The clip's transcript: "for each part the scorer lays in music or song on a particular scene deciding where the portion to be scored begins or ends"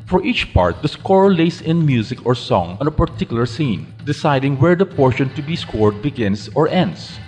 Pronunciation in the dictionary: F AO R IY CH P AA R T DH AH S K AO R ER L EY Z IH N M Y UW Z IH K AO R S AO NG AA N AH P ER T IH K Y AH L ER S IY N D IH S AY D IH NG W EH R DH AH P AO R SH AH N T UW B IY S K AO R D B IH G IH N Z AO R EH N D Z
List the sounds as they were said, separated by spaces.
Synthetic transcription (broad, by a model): F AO R IY CH P AA R T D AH S K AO R L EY S IH N M Y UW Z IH K AO R S AO NG AA N AH P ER T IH K Y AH L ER S IY N D IH S AY D IH NG W EH R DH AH P AO R SH AH N T UW B IY S K AO R D B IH G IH N S AO R EH N D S